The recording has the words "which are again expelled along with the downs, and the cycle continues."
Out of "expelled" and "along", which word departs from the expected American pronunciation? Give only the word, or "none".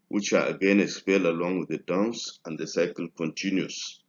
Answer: expelled